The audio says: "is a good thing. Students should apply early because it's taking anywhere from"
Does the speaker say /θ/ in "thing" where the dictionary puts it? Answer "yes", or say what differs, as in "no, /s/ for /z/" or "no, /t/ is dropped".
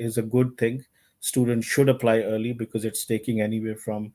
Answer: no, /t/ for /θ/